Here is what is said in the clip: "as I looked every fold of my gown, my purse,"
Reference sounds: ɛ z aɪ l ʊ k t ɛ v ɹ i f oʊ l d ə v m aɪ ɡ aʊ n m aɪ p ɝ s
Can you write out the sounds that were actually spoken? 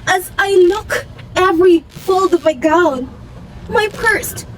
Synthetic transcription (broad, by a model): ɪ z aɪ l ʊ k ɛ v ɹ i f oʊ l d ə v m aɪ ɡ aʊ n m aɪ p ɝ s